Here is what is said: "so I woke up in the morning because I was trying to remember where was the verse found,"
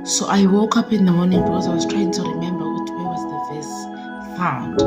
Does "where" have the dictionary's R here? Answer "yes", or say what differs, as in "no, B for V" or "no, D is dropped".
no, W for R